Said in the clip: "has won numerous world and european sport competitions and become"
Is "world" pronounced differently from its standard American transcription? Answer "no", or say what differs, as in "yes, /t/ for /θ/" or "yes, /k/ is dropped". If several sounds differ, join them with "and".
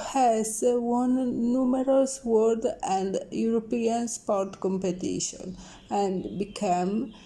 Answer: yes, /l/ is dropped